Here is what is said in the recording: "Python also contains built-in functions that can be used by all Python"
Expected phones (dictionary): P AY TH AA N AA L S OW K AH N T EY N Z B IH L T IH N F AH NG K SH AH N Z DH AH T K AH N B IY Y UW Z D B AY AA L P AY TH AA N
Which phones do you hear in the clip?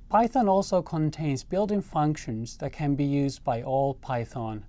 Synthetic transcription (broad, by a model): P AY TH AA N AA L S OW K AH N T EY N Z B IH L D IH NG F AH NG K SH AH N Z DH AH T K AH N B IY Y UW Z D B AY AA L P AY TH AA N